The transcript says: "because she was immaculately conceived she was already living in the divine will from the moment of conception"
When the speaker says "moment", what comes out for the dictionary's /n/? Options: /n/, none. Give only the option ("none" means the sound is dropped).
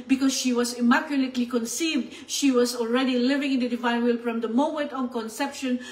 none